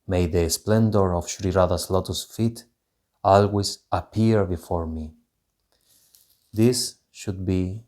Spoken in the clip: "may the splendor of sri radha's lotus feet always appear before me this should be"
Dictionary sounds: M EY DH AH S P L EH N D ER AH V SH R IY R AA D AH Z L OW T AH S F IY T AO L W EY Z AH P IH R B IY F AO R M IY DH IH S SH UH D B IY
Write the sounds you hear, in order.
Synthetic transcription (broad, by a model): M EY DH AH S P L EH N D ER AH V SH R IY R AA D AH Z L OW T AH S F IY T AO L W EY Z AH P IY R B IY F AO R M IY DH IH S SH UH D B IY